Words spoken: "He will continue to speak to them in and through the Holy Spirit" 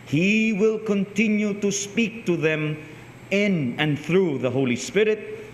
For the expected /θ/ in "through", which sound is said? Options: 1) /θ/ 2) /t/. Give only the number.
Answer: 1